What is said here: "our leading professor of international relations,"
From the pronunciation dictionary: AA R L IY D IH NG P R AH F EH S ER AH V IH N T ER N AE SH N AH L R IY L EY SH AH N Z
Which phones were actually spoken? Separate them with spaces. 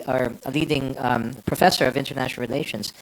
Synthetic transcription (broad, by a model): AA R L IY D IH NG P R AH F EH S ER AH V IH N T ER N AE SH N L R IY L EY SH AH N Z